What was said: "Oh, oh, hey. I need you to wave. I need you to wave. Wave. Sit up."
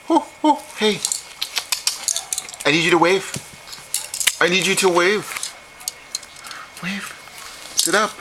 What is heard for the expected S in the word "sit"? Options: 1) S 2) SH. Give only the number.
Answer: 1